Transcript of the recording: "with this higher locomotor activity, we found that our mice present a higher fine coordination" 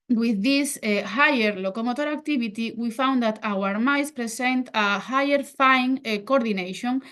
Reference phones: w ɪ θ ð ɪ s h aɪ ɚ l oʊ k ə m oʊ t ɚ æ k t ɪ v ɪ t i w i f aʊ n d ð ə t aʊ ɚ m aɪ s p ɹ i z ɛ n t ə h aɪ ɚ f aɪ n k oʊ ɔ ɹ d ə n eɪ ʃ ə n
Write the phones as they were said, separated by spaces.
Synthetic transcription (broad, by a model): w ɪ ð ɪ s h aɪ ɚ l oʊ k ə m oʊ t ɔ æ k t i b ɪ t i w i f aʊ n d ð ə t aʊ ɚ m aɪ s p ɹ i s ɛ n t ə h aɪ ɚ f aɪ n k oʊ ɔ ɹ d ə n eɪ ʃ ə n